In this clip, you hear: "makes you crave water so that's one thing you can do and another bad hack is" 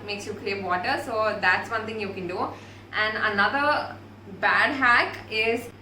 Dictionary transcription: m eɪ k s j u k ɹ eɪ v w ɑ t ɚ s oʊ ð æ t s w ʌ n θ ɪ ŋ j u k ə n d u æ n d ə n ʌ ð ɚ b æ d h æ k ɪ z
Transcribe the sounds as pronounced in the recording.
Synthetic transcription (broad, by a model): m eɪ k s j u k l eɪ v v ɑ t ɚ s oʊ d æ t s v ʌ n t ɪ ŋ j u k ə n d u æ n d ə n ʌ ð ɚ b æ d h æ k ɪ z